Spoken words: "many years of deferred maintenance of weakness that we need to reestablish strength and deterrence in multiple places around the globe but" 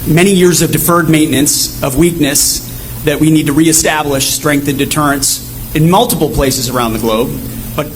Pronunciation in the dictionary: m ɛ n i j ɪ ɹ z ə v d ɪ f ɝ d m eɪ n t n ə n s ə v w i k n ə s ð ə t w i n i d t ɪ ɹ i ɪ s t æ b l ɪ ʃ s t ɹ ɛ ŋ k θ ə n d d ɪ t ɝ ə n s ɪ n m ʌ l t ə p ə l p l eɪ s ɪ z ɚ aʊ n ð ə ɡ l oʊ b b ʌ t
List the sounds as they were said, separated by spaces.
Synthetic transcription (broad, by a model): m ɛ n i j ɪ ɹ z ə v d ɪ f ɝ d m eɪ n n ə n s ə v w i k n ə s ð ə t w i n i d t ɪ ɹ i ɪ s t æ b l ɪ ʃ s t ɹ ɛ ŋ k θ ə n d d ɪ t ɝ ə n s ɪ n m ʌ l t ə p l p l eɪ s ɪ z ɚ aʊ n ð ə ɡ l oʊ b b ʌ t